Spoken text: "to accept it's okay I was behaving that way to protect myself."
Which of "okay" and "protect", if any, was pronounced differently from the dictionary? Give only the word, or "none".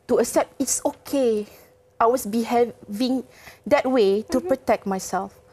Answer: none